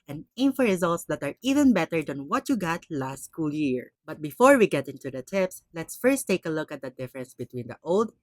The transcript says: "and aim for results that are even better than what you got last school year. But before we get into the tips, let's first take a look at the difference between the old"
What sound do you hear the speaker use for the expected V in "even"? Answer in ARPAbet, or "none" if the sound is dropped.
V